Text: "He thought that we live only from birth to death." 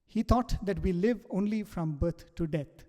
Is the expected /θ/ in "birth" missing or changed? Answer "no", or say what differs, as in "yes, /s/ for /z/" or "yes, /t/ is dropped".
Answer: yes, /t/ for /θ/